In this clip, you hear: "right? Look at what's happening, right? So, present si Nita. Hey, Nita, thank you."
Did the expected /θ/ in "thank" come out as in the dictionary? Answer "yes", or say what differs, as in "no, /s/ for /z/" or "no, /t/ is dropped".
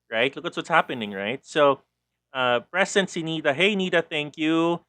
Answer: yes